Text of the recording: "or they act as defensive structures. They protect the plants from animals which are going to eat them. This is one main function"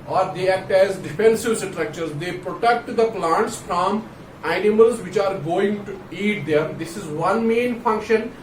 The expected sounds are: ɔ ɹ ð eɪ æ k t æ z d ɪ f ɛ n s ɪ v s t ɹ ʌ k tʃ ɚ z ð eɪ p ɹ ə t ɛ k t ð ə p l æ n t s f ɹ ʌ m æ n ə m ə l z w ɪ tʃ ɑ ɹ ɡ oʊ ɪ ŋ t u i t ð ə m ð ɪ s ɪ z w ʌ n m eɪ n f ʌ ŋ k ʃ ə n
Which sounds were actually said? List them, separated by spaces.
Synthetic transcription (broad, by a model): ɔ ɹ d eɪ æ k t æ z d ɪ f ɛ n s ɪ v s t ɹ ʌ k tʃ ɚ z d eɪ p ɹ ə t ɛ k t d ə p l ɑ n t s f ɹ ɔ m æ n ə m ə l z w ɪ tʃ ɑ ɹ ɡ oʊ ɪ ŋ t u i t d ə m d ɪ s ɪ z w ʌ n m eɪ n f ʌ ŋ k ʃ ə n